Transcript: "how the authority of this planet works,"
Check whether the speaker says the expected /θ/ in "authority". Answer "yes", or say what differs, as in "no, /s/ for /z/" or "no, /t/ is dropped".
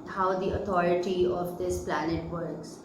no, /t/ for /θ/